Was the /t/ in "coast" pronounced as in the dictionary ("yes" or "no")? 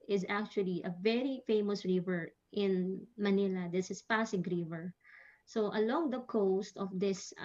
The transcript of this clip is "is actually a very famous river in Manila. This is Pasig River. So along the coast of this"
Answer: yes